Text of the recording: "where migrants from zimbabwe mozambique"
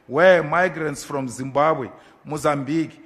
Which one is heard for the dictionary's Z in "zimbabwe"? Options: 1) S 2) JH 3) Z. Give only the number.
3